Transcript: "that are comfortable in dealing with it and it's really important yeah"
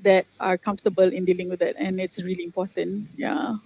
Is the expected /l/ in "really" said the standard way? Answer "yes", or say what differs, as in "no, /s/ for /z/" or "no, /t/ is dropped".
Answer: yes